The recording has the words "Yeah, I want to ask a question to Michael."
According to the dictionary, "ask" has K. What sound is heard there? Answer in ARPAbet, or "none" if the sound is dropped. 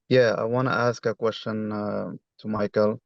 K